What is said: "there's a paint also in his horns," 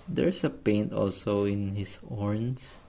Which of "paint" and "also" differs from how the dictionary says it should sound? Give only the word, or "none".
none